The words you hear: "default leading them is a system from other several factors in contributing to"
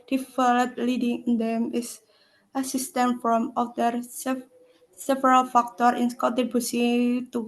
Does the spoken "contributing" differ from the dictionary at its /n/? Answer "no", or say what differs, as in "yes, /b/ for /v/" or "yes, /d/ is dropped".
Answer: yes, /n/ is dropped